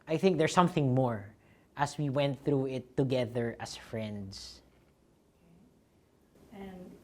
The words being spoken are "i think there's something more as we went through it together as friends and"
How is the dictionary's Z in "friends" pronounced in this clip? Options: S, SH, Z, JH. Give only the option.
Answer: S